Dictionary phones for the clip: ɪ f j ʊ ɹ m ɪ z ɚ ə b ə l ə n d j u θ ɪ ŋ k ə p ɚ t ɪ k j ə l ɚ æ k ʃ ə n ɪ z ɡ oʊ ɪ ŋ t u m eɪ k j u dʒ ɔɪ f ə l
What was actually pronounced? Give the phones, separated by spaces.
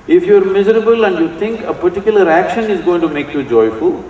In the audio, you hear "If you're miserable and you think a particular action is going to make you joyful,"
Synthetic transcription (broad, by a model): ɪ f j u ɹ m ɪ z ɚ ə b ə l ə n d j u t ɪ ŋ k ə p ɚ t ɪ k j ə l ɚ æ k ʃ ə n ɪ z ɡ oʊ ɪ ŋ t u m eɪ k j u dʒ ɔɪ f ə l